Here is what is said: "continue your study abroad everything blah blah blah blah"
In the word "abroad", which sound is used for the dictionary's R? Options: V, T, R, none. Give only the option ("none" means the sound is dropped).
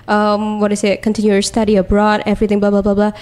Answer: R